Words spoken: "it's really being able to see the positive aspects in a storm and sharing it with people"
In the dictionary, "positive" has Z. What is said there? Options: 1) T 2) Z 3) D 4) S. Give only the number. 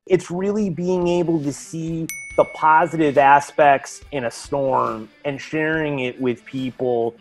2